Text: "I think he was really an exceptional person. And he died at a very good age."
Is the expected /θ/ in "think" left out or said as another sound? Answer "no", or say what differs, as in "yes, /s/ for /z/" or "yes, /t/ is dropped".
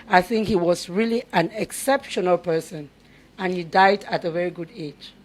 no